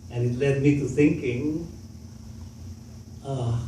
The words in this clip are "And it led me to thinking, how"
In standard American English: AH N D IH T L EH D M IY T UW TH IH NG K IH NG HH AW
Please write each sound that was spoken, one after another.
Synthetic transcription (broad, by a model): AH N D IH T L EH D M IY T UW S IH NG K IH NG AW